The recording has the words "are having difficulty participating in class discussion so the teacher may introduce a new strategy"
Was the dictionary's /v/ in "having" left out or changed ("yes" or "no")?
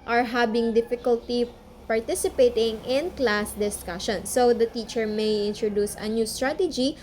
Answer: yes